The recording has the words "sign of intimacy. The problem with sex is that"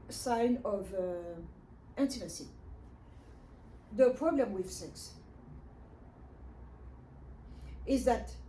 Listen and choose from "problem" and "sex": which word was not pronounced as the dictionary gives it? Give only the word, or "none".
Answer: none